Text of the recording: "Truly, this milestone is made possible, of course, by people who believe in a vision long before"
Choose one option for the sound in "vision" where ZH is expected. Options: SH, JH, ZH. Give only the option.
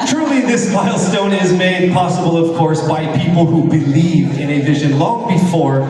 ZH